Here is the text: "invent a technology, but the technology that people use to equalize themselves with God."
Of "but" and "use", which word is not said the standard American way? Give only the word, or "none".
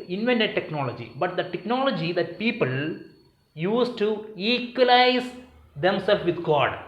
none